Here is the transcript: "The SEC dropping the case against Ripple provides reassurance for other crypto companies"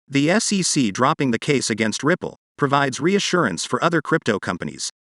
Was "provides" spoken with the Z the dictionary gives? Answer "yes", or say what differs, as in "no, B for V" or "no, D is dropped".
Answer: yes